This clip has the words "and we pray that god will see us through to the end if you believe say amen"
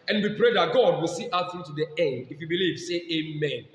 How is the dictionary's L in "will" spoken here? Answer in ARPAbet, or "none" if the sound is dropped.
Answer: L